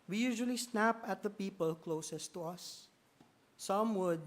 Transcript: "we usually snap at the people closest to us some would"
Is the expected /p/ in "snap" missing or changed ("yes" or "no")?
no